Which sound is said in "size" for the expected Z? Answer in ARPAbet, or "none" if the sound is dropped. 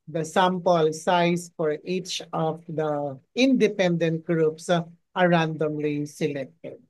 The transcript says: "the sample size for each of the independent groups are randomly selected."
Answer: S